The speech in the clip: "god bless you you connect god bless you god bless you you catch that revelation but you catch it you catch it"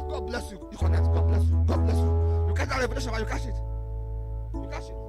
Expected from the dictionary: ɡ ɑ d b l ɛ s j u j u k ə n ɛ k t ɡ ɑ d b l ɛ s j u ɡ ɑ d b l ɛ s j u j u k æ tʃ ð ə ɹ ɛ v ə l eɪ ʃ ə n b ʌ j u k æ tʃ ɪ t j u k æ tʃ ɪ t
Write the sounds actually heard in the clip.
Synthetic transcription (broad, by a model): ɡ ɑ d b l ɛ s j u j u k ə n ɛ t ɡ ɑ d b l ɛ s j u ɡ ɑ d b l ɛ s j u j u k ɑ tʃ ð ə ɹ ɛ p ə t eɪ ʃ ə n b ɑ j u k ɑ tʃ ɪ t j u k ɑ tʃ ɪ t